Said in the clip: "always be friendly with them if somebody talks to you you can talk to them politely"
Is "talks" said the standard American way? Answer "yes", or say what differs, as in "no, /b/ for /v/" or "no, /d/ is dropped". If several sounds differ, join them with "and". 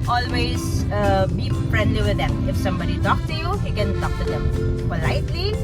no, /s/ is dropped